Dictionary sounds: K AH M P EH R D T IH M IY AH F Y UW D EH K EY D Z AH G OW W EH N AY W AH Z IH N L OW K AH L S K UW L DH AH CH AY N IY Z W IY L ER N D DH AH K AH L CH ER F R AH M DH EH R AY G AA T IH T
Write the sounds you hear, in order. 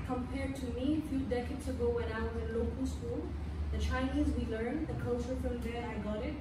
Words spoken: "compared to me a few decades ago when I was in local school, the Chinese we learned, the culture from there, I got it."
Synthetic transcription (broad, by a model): K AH M P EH R D T IH M IY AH F Y UW D EH K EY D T AH G OW W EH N AY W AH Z IH N L OW K AH L S K UW L DH AH CH AY N IY Z W IY L ER N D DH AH K AH L CH ER F R AH M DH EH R AY G AA T IH T